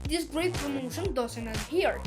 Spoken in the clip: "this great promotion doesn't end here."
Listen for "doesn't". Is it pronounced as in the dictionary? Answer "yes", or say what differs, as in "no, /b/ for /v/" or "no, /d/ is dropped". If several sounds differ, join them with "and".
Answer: no, /s/ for /z/